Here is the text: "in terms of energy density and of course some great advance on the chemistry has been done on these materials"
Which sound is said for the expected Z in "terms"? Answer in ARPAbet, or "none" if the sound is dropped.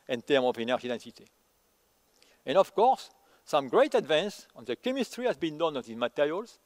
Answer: none